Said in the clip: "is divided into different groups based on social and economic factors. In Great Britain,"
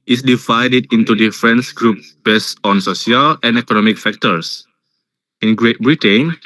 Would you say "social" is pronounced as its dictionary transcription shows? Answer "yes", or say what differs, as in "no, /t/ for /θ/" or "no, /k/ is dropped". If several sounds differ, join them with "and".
no, /s/ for /ʃ/